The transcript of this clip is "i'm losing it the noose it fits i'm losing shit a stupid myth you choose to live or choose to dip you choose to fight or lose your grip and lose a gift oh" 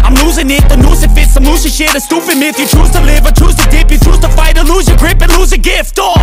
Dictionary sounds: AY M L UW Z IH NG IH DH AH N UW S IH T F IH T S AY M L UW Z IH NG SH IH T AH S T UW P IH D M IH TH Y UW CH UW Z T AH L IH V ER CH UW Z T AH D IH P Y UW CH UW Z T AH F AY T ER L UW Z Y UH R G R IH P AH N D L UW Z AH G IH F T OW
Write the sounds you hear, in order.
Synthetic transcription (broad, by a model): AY M L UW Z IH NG IH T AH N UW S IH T F IH T S AY M L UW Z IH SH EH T AH S T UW F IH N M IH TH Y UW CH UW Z T AH L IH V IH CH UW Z T AH D IH P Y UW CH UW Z T AH F AY T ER L UW Z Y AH G R IH P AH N L UW Z AH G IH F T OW